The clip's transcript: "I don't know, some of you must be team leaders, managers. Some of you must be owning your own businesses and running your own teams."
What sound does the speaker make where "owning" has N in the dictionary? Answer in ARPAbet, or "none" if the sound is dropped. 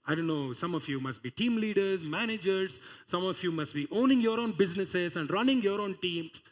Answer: N